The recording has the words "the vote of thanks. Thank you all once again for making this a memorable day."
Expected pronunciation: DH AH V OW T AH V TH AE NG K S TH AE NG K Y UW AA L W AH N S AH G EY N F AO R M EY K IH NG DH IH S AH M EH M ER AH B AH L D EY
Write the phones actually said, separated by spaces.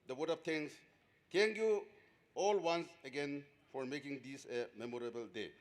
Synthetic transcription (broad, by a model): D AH W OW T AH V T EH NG S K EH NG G Y UW AA L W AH N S AH G EY N F AO R M EY K IH NG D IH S AH M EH M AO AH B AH L D EY